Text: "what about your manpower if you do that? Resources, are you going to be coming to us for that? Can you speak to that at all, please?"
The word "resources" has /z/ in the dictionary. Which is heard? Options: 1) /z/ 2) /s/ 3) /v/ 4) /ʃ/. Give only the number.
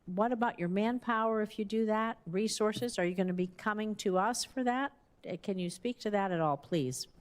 1